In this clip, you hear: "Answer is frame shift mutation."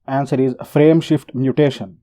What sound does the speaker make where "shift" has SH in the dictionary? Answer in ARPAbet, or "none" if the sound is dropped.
SH